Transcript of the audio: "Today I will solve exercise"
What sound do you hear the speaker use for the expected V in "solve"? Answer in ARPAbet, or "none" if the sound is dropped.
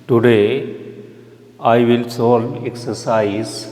none